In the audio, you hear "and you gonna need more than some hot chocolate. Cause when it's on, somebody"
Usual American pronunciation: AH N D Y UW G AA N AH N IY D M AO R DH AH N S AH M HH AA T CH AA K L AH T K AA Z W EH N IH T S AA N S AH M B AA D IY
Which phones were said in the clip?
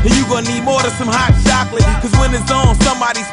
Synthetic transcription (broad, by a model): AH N Y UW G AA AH N IY D M AO R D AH S AH M HH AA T SH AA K L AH K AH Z W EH N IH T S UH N S AH M B AA D IY